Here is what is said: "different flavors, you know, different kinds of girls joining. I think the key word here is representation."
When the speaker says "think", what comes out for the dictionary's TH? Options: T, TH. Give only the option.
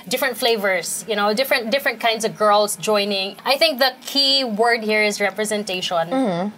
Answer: TH